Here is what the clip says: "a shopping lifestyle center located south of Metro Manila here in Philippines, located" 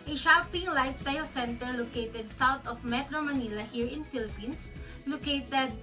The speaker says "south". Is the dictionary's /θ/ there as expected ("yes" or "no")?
no